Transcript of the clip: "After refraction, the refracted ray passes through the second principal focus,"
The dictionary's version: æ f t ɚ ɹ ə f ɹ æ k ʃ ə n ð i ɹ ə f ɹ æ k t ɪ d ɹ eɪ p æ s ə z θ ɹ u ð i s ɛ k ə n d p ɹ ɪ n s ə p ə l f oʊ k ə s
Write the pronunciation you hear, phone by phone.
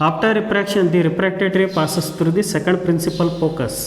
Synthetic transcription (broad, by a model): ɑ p t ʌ ɹ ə p ɹ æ k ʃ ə n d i ɹ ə p ɹ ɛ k t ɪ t ɹ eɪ p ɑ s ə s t ɹ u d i s ɛ k ə n d p ɹ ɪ n s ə p ə l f oʊ k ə s